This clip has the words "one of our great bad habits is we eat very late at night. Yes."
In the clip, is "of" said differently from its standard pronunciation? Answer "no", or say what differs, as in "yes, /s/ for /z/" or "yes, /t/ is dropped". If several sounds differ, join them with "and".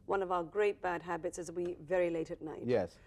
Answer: no